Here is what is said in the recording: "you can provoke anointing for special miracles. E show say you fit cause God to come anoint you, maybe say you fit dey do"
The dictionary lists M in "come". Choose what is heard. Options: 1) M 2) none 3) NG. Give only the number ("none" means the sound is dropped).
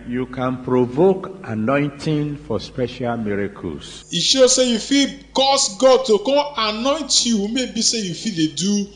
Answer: 2